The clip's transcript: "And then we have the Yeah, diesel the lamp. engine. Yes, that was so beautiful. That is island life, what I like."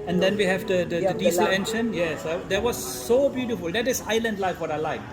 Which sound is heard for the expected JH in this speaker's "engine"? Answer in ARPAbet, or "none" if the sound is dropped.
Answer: SH